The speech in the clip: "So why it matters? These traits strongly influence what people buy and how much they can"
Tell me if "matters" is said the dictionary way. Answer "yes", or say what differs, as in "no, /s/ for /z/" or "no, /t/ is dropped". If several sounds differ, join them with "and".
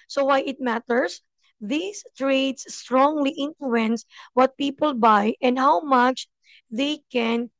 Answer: no, /s/ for /z/